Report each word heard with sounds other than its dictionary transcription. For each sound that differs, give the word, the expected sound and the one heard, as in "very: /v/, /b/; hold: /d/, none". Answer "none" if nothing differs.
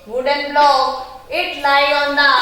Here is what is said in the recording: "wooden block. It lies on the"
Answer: block: /k/, none; lies: /z/, none